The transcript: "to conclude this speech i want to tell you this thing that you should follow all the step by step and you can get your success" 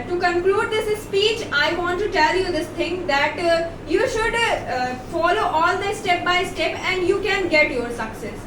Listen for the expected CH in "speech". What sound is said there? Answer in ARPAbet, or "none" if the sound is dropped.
CH